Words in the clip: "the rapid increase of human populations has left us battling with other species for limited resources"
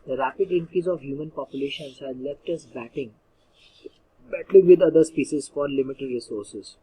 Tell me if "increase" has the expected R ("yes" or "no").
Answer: no